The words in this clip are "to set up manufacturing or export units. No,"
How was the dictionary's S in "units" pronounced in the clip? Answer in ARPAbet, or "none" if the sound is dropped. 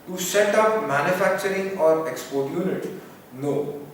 none